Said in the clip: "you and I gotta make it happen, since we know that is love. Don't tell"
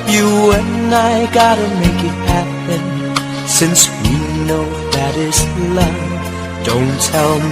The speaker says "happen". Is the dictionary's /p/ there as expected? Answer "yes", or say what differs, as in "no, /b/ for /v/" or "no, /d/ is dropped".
yes